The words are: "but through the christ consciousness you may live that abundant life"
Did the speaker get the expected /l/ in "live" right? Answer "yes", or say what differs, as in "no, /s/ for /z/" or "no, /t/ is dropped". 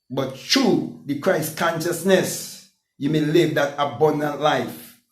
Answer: yes